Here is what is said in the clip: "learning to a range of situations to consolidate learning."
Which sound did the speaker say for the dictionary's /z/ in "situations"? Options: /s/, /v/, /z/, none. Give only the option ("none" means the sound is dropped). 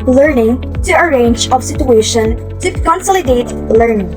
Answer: none